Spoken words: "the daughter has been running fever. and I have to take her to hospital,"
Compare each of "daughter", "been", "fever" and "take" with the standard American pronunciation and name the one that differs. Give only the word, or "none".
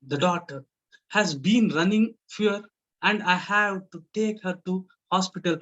fever